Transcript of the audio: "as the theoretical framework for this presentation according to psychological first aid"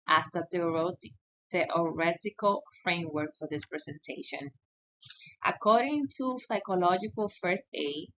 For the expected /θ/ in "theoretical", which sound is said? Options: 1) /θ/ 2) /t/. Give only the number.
2